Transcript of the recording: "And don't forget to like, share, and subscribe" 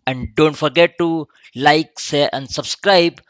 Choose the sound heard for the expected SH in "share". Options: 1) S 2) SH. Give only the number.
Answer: 1